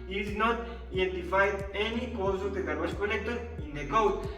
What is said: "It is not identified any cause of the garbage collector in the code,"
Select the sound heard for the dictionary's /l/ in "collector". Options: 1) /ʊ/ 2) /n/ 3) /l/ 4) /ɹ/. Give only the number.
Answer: 2